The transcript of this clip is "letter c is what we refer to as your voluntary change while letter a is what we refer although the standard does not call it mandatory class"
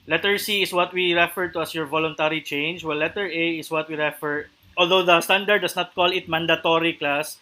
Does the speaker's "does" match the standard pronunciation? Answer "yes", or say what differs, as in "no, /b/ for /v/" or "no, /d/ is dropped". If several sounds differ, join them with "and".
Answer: no, /s/ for /z/